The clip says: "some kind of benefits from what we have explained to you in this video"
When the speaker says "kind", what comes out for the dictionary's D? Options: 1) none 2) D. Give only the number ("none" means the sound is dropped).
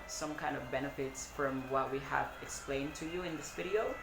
2